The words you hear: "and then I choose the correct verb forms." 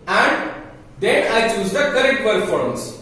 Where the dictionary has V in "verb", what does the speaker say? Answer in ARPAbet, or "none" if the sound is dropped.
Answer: P